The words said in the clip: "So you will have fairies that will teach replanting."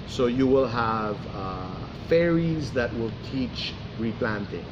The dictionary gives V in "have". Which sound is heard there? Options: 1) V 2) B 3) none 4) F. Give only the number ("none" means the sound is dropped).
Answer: 1